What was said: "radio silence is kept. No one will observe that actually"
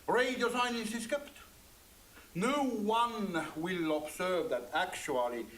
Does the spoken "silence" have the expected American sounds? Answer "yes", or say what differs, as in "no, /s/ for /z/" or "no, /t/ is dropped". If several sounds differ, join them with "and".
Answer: no, /n/ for /l/